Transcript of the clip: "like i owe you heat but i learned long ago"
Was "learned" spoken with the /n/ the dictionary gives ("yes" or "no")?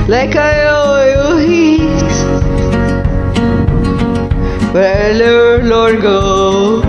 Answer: no